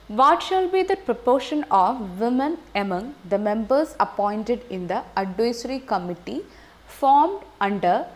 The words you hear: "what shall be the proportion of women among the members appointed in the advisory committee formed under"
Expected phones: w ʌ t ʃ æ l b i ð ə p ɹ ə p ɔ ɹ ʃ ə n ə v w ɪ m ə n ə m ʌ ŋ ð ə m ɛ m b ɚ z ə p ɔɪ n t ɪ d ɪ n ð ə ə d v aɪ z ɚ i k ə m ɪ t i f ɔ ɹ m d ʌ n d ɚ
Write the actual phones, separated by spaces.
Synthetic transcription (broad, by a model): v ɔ t ʃ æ l b i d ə p ɹ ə p ɔ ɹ ʃ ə n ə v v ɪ m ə n ə m ʌ ŋ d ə m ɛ m b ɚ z ə p ɔɪ n t ɪ d ɪ n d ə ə d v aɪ s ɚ i k ə m ɪ t i f ɔ ɹ m d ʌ n d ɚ